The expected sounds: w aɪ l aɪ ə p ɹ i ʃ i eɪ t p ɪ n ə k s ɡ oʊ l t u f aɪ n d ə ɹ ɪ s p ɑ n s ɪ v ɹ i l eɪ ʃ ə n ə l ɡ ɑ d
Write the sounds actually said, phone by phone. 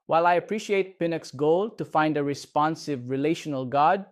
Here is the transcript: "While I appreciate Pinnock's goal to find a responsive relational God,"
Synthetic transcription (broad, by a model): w aɪ l aɪ ə p ɹ i ʃ i eɪ t p ɪ n ə k s ɡ oʊ l t u f aɪ n d ə ɹ ɪ s p ɑ n s ɪ v ɹ i l eɪ ʃ ə n ə l ɡ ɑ d